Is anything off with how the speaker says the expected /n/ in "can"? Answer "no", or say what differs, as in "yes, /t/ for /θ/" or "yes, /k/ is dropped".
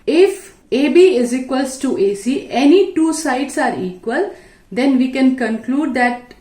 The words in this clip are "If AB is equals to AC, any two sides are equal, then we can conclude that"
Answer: no